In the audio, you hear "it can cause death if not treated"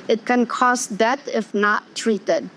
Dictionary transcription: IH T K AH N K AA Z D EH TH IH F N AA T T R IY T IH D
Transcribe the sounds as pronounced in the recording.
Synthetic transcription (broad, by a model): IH T K AH N K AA S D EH T IH F N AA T T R IY T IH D